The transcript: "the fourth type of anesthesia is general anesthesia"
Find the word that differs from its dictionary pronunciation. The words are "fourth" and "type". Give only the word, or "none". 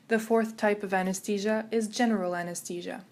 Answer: none